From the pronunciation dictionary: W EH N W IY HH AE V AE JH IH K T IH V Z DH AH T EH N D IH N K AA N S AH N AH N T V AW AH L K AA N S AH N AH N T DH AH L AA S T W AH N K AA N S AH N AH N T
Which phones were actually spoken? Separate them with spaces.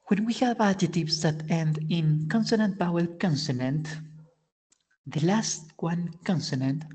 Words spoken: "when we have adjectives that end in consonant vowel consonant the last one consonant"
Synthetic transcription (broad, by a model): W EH N W IY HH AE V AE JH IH T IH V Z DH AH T EH N D IH N K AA N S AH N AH N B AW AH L K AA N S AH N AH N T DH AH L AA S T W AH N K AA N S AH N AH N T